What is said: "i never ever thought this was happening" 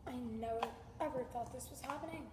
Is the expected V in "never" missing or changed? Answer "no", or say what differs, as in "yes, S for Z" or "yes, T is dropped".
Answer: yes, V is dropped